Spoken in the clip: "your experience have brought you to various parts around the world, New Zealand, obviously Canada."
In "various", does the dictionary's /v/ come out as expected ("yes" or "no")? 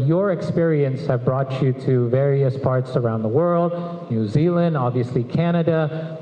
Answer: yes